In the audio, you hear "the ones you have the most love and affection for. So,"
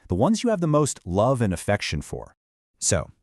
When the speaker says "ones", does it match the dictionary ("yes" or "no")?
yes